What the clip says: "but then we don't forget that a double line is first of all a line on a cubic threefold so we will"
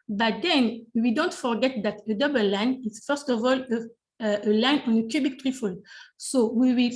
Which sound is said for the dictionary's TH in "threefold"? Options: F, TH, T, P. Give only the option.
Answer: T